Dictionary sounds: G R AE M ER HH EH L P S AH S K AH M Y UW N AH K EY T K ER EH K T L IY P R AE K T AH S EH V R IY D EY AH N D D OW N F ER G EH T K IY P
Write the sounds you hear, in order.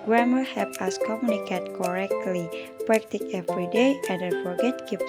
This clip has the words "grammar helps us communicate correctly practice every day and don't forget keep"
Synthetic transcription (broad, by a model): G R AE M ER HH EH P AH S K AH M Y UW N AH K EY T K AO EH K T L IY P R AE K T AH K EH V R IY D EY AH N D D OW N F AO G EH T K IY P